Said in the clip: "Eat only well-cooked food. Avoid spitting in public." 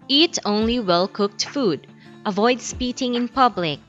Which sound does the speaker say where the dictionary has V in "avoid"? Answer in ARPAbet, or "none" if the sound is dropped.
V